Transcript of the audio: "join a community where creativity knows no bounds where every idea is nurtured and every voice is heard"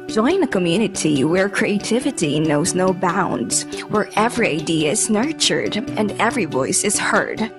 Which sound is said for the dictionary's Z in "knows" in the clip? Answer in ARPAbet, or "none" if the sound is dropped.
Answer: Z